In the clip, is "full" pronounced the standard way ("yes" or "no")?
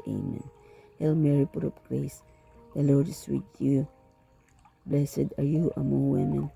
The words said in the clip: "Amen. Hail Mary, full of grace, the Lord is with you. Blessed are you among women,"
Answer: no